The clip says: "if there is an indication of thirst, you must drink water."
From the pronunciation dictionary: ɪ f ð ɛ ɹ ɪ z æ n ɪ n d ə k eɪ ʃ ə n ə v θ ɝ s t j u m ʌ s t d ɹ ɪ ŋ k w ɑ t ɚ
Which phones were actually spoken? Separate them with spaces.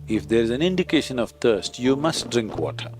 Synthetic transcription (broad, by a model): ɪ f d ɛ ɹ ɪ z æ n ɪ n d ə k eɪ ʃ ə n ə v t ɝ s t j u m ʌ s t d ɹ ɪ ŋ k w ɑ t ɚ